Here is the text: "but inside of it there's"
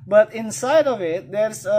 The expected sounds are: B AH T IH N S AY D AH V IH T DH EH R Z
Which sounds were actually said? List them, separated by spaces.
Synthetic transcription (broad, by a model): B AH T IH N S AY D AH V IH T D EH R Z